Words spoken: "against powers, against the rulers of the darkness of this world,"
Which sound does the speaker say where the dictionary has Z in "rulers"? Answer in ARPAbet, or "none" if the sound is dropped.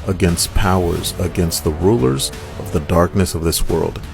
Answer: Z